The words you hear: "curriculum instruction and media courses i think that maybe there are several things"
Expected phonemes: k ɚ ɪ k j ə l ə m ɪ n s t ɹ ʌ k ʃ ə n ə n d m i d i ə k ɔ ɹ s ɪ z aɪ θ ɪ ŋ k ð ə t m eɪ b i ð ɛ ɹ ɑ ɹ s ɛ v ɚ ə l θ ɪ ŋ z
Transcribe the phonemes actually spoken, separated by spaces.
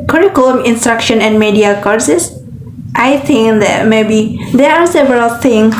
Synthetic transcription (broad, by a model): k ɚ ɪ k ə l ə m ɪ n s t ɹ ʌ k ʃ ə n ə n d m i d i ə k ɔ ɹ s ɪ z aɪ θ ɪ ŋ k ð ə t m eɪ b i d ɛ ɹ ɑ ɹ s ɛ v ɚ ə l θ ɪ ŋ